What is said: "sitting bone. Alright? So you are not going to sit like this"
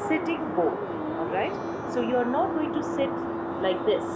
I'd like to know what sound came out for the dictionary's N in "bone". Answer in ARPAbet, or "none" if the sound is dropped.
none